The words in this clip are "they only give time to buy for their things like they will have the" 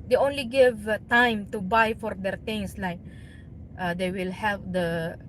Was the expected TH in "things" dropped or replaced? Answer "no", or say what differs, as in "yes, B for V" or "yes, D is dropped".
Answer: yes, T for TH